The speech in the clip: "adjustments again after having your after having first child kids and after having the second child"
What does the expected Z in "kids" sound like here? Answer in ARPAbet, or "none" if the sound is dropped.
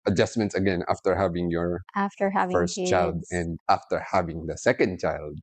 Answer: none